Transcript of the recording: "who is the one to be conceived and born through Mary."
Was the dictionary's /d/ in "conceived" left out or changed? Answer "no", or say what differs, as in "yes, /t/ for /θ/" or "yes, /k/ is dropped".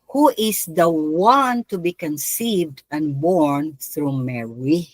no